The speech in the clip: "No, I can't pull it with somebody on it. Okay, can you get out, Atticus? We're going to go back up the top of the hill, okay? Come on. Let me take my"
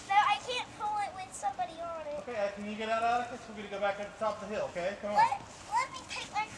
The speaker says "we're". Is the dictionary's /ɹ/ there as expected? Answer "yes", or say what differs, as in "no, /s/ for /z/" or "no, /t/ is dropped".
no, /l/ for /ɹ/